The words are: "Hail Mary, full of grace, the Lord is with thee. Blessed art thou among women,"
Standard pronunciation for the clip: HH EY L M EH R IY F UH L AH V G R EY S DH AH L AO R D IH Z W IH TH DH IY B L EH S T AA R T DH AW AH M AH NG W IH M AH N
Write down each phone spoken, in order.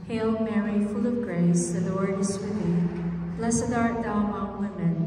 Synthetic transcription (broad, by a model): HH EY L M EH R IY F UH L AH V G R EY S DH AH W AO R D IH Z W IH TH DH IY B L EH S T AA R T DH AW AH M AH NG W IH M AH N